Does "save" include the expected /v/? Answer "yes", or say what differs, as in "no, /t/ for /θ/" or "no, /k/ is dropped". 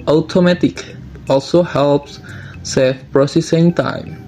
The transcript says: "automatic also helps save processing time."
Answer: no, /f/ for /v/